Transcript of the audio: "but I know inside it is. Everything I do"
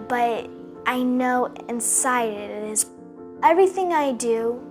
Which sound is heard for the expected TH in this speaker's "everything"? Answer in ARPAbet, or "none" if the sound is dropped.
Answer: TH